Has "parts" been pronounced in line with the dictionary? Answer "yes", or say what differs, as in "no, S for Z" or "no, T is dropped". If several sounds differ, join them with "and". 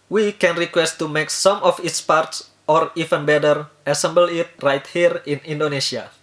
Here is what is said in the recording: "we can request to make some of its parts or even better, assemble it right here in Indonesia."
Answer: yes